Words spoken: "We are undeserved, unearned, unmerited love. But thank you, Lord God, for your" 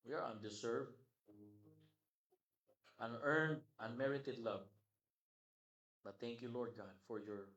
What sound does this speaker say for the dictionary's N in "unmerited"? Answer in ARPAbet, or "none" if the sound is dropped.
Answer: N